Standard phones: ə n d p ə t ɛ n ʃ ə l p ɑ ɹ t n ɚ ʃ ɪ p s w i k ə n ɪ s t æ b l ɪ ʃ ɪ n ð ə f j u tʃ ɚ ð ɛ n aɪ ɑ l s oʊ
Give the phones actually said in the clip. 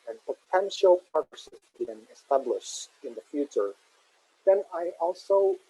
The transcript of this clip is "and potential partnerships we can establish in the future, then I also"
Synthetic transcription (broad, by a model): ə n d p ə t ɛ n ʃ ə l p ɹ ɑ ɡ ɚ s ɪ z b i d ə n ɪ s t æ b l ɪ ʃ ɪ n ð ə f j u tʃ ɚ ð ɛ n aɪ ɑ l s oʊ